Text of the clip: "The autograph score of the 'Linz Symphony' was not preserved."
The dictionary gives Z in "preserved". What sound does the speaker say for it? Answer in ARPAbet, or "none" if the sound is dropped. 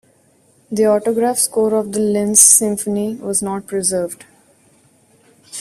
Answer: Z